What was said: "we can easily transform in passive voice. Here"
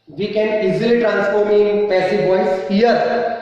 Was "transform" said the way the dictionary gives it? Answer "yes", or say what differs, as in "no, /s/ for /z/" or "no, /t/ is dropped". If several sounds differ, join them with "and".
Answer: yes